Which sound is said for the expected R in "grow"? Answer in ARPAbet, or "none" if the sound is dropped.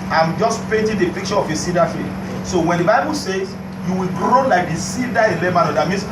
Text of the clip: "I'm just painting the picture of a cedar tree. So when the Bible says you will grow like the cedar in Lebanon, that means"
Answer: R